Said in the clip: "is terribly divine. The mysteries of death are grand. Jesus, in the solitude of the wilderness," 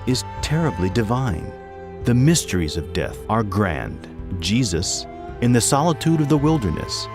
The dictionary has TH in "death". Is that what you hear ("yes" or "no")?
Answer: yes